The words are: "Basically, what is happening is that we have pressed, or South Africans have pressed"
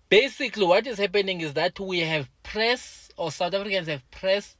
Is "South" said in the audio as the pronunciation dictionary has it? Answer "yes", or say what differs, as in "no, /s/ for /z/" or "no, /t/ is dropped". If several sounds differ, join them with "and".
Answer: no, /t/ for /θ/